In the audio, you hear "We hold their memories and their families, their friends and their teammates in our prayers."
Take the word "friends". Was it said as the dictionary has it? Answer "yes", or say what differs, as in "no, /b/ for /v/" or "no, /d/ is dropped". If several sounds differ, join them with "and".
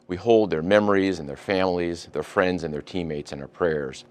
yes